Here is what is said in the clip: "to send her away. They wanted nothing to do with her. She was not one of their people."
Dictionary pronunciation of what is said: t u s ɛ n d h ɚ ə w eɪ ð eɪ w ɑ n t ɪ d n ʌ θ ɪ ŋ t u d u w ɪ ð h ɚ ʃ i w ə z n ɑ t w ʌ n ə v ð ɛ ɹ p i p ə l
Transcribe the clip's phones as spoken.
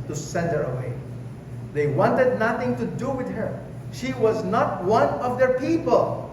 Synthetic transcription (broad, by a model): t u s ɛ n d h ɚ ə w eɪ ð eɪ w ɑ n t ɪ d n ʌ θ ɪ ŋ t u d u w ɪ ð h ɚ ʃ i w ə z n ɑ t w ʌ n ə v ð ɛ ɹ p i p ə l